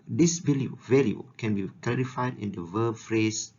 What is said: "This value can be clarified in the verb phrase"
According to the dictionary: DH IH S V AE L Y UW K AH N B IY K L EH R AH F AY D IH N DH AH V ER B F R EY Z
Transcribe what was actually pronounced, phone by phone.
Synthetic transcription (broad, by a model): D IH S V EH L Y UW K AH N B IY K L EH R AH F AY D IH N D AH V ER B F R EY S